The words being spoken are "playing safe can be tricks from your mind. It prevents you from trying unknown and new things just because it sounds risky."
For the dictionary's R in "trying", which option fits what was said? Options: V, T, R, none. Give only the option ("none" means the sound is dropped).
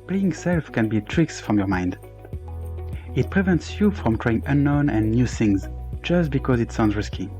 R